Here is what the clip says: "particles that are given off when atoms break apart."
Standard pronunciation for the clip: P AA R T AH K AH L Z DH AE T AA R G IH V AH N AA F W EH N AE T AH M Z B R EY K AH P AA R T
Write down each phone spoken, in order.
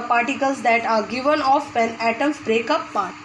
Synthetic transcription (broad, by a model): P AA R T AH K AH L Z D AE T AA R G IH V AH N AA F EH N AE T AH M B R EY K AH P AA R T